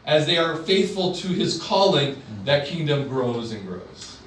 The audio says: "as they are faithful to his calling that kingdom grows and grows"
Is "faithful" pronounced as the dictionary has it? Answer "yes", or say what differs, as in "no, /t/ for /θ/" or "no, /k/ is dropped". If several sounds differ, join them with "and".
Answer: yes